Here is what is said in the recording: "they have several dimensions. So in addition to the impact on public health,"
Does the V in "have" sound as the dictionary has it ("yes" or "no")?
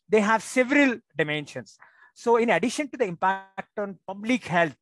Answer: yes